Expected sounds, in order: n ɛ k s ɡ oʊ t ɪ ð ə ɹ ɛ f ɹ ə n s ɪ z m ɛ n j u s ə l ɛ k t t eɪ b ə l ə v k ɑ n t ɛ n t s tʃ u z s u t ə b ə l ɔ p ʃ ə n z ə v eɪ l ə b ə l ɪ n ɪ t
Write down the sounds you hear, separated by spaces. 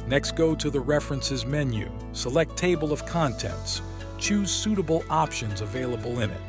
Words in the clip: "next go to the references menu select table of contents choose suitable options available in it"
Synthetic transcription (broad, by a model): n ɛ k s ɡ oʊ t ɪ ð ə ɹ ɛ f ɹ ə n s ɪ z m ɛ n j u s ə l ɛ k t t eɪ b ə l ə v k ɑ n t ɛ n t s tʃ u z s u t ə b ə l ɔ p ʃ ə n z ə v eɪ l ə b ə l ɪ n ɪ t